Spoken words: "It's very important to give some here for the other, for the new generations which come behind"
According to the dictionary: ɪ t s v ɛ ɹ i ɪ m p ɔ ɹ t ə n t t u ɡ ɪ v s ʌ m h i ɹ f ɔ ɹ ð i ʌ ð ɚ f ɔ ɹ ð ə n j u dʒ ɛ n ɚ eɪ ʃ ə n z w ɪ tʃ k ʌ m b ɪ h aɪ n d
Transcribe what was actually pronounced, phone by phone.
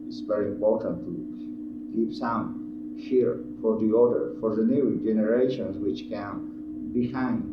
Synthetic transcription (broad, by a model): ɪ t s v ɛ ɹ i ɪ m p ɔ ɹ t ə n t t u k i p s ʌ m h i ɹ f ɔ ɹ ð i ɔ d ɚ f ɔ ɹ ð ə n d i dʒ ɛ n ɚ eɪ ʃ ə n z w ɪ tʃ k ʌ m b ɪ h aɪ n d